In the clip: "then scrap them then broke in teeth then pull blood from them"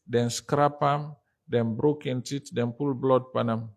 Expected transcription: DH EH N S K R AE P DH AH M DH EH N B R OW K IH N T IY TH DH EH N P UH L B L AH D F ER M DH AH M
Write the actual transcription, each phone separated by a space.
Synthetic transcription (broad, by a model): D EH N S K R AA P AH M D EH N B R OW K IH N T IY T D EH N P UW L B L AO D P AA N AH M